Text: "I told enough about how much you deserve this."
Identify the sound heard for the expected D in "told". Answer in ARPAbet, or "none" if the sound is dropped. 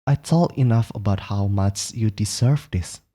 none